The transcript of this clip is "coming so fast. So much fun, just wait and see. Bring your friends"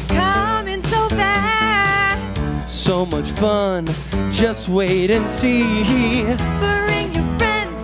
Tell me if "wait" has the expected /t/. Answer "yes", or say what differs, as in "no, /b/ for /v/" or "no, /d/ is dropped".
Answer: yes